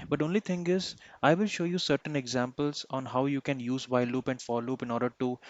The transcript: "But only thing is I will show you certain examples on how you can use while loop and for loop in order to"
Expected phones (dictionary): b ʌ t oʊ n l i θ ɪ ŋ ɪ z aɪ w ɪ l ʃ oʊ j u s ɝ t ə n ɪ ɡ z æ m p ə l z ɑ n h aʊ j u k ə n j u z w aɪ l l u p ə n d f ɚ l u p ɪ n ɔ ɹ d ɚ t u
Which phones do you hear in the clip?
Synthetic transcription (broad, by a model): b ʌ t oʊ n l i t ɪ ŋ ɪ z aɪ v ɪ l ʃ oʊ j u s ɝ t ə n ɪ ɡ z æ m p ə l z ɑ n h aʊ j u k ə n j u z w aɪ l l u p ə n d f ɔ l u p ɪ n ɔ ɹ d ɚ t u